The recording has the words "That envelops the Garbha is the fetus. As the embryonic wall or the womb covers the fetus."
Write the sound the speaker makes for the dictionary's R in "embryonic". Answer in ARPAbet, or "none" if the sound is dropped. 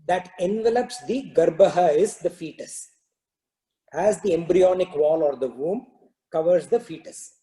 R